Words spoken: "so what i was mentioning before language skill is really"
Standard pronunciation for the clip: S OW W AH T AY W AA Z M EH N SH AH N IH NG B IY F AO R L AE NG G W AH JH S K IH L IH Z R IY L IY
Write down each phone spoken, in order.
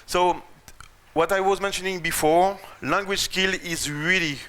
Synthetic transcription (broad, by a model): S OW W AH T AY W AA Z M EH N SH AH N IH NG B IY F AO R L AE NG G W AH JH S K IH L IH Z R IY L IY